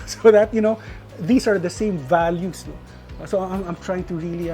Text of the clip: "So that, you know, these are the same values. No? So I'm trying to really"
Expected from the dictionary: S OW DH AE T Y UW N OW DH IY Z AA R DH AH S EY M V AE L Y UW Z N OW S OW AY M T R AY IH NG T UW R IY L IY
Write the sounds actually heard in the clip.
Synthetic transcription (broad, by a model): S OW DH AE T Y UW N OW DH IY S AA R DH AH S EY M V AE L Y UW S N OW S OW AY M T R AY IH NG T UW R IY L IY